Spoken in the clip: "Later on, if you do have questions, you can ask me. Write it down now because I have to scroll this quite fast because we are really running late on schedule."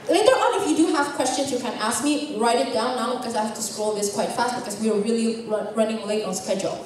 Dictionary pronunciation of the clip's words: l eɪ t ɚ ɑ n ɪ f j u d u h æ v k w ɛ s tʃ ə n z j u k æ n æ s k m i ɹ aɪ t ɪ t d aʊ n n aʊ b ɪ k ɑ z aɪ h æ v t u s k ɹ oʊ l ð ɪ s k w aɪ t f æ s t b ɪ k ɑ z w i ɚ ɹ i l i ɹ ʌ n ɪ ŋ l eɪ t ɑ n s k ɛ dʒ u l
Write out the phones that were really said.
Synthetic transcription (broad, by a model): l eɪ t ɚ ɑ n ɪ f j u d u h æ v k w ɛ s tʃ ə n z j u k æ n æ s k m i ɹ aɪ t ɪ t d aʊ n n aʊ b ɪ k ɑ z aɪ h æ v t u s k ɹ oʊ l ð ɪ s k w aɪ t f æ s t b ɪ k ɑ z w i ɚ l i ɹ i ɹ ʌ n ɪ ŋ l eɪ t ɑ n s k ɛ dʒ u l